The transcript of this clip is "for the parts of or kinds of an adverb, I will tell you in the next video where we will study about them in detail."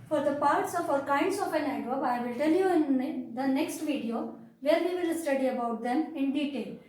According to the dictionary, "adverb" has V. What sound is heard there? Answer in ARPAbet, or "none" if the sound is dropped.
none